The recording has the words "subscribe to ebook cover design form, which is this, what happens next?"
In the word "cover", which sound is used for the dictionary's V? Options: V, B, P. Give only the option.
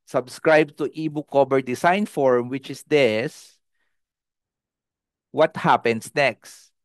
B